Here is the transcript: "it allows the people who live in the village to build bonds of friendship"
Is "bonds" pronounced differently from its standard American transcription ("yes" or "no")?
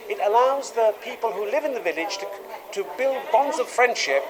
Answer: no